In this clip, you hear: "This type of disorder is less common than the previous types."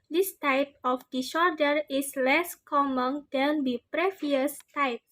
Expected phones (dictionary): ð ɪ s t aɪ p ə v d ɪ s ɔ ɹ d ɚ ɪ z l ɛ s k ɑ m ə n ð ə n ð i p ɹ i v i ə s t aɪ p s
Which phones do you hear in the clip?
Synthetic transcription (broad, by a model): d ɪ s t aɪ p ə f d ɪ ʃ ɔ d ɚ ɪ s l ɛ s k ɑ m ə n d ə n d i p ɹ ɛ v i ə s t aɪ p